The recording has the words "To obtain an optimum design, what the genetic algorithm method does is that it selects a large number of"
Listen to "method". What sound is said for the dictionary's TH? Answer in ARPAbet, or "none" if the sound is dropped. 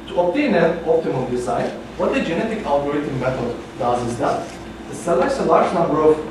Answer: T